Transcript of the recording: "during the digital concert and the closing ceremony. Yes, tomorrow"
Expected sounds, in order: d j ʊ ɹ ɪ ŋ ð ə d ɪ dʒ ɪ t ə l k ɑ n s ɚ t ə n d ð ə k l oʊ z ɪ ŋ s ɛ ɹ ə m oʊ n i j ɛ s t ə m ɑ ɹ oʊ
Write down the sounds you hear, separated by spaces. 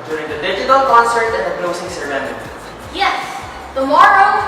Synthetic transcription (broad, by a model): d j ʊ ɹ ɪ ŋ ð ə d ɪ dʒ ɪ t ə l k ɑ n s ɚ t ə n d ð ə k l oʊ s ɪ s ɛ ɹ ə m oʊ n j ɛ s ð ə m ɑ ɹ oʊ